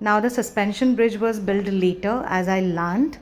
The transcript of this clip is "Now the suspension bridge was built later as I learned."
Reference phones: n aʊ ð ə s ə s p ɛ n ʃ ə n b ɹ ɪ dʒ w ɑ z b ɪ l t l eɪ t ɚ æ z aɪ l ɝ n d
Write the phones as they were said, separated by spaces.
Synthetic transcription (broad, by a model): n aʊ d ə s ə s p ɛ n ʃ ə n b ɹ ɪ dʒ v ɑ z b ɪ l t l eɪ t ɚ æ z aɪ l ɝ n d